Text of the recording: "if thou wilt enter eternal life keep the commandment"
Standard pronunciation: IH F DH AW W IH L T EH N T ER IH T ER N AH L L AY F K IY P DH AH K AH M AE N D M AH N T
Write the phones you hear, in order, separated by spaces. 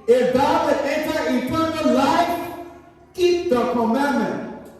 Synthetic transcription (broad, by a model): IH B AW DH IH T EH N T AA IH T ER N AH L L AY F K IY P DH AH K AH M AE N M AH N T